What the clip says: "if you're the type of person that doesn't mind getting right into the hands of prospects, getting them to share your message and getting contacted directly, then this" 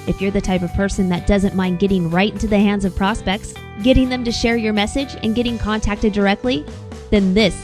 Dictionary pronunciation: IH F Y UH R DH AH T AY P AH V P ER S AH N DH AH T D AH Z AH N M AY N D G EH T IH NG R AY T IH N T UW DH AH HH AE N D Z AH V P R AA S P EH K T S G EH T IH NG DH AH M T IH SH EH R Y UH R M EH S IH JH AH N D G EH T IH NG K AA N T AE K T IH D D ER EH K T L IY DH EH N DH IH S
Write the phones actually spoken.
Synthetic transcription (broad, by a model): IH F Y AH R DH AH T AY P AH V P ER S AH N DH AH T D AH Z AH N M AY N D G EH T IH NG R AY T IH N T UW DH AH HH AE N D Z AH V P R AA S P EH K T S G EH T IH NG DH AH M T IH SH EH R Y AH R M EH S IH JH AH N G EH T IH NG K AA N T AE K T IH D D ER EH K T L IY DH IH N DH IH S